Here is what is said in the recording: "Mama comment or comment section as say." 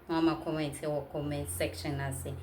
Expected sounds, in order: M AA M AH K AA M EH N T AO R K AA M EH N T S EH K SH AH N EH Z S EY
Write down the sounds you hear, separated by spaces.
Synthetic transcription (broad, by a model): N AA M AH K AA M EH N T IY W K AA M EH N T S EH K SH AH N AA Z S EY